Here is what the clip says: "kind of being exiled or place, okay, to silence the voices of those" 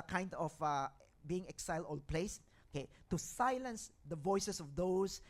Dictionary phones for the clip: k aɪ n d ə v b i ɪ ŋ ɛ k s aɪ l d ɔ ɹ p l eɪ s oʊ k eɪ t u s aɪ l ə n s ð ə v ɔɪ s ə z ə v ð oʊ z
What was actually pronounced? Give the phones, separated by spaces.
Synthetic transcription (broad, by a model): k aɪ n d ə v b i ɪ ŋ ɛ k s aɪ l d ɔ l p l eɪ s oʊ k eɪ t u s aɪ l ə n s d ə v ɔɪ s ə s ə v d oʊ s